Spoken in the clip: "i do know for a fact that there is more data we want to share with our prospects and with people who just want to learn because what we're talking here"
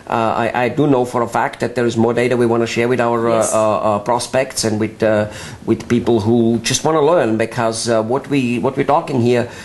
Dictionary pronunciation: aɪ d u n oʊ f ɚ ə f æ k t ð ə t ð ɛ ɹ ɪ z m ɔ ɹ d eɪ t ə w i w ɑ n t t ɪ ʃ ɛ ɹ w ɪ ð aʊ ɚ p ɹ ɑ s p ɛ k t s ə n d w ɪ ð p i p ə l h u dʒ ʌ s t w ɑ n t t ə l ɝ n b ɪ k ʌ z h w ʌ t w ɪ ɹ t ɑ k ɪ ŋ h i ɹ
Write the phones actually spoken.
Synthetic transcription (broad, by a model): aɪ d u n oʊ f ɚ ə f æ k t ð ə t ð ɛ ɹ ɪ z m ɔ ɹ d eɪ t ə w i w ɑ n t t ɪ ʃ ɛ ɹ w ɪ ð aʊ ɚ p ɹ ɑ s p ɛ k t s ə n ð w ɪ ð p i p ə l h u dʒ ʌ s t w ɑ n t t ə l ɝ n b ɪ k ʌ z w w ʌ t w ɪ ɹ t ɑ k ɪ ŋ h i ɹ